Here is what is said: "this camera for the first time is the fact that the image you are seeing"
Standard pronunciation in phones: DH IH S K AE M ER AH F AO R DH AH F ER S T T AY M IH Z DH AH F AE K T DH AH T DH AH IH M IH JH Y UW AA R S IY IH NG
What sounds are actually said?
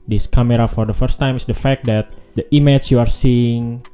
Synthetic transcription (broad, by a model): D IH S K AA M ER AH F AO R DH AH F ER S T T AY M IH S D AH F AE K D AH T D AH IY M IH CH Y UW AA R S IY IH NG